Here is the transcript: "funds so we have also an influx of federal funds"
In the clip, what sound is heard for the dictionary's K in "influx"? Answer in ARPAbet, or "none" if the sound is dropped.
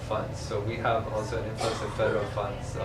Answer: none